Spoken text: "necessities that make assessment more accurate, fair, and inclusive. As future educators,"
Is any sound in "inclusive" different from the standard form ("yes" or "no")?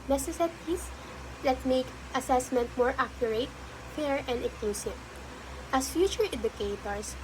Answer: yes